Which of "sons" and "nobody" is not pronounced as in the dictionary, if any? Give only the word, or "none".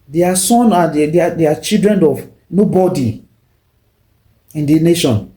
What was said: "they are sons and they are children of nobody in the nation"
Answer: sons